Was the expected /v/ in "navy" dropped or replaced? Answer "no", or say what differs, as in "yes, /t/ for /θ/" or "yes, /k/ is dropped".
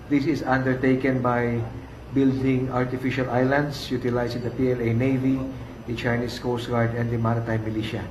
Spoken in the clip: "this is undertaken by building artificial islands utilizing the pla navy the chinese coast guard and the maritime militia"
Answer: no